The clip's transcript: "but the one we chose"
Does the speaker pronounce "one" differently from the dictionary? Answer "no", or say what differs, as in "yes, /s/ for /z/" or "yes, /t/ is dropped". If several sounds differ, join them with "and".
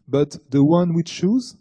no